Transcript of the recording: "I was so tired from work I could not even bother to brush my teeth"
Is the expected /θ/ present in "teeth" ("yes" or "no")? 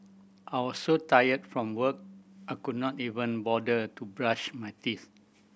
no